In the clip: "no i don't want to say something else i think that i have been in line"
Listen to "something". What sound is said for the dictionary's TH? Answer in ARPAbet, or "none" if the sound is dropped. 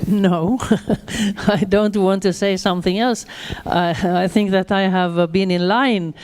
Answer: TH